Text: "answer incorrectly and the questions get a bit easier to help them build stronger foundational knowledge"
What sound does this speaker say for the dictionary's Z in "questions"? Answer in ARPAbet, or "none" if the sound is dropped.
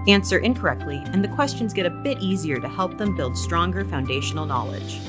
Z